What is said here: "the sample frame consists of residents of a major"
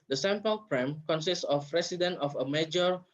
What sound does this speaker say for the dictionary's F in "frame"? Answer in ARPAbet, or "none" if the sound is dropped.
P